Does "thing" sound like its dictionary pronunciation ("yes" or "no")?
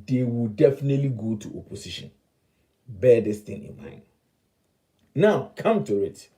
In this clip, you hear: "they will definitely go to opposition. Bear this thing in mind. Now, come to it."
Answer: no